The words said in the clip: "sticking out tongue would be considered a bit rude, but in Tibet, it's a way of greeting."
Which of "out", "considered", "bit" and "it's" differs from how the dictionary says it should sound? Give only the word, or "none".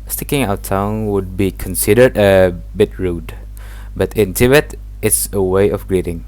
none